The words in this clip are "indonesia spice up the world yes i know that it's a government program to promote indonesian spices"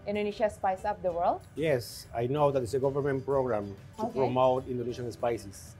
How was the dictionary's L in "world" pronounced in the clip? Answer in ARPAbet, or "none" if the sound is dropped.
L